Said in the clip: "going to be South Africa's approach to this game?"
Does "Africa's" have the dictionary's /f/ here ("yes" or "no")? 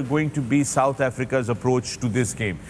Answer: yes